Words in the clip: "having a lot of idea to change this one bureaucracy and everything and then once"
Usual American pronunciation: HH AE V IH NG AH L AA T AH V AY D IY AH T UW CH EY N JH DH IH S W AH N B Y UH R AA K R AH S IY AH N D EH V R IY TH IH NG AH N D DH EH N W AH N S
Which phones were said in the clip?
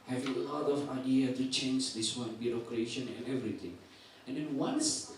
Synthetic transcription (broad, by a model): HH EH V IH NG AH L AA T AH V AY D IY AH T UW CH EY N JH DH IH S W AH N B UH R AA K R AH SH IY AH N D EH V R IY T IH NG AH N D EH N W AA N S